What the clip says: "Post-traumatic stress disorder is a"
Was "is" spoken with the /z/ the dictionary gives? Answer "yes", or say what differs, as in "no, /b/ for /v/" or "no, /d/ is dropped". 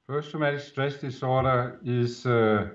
no, /s/ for /z/